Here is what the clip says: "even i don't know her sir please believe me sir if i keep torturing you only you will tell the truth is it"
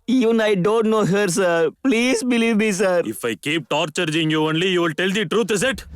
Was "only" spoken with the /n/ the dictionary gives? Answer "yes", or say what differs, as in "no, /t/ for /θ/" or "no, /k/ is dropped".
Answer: yes